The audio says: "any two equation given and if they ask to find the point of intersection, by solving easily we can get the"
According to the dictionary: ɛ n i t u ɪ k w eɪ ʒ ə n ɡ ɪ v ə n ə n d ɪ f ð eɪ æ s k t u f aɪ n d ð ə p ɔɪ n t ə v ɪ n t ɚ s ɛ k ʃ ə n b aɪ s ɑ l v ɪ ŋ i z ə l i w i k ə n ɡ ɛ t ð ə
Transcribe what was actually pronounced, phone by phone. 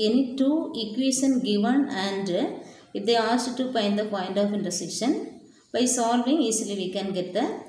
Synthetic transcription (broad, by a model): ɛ n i t u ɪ k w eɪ ʃ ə n ɡ ɪ v ə n ə n d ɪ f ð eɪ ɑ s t t u p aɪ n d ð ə p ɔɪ n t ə f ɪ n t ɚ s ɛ ʃ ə n b aɪ s ɑ l v ɪ ŋ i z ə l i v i k ə n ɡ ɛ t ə